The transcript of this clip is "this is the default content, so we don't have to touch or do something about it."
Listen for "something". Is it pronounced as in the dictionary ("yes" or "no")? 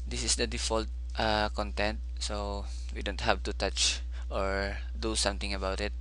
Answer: no